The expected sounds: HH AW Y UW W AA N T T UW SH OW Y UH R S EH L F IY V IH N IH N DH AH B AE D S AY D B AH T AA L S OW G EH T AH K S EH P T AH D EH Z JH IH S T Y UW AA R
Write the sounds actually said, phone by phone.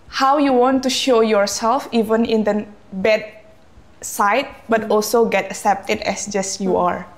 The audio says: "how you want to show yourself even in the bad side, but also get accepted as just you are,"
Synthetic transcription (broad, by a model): HH AW Y UW W AA N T T UW SH OW Y UH R S EH L F IY V IH N IH N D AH B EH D S AY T B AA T AA L S OW G EH T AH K S EH P T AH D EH S JH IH S Y UW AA R